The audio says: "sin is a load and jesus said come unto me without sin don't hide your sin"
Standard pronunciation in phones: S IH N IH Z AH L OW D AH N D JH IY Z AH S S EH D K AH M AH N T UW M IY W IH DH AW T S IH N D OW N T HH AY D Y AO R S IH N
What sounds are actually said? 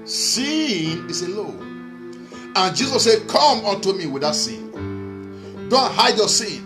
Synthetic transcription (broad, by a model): S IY N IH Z AH L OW AH N JH IY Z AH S S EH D K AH M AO N T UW M IY W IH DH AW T S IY N D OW N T HH AY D Y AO S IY N